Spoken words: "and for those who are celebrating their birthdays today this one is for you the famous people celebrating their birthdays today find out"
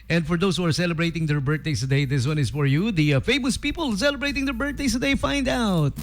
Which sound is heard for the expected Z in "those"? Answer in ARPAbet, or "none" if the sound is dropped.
S